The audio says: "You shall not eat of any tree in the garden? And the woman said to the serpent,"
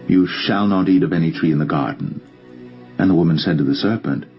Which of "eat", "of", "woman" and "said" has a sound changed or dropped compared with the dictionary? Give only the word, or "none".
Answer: none